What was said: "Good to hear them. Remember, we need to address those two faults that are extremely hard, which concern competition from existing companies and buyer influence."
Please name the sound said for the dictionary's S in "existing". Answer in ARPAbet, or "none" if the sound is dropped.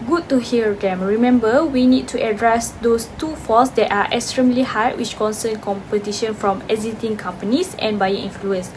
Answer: none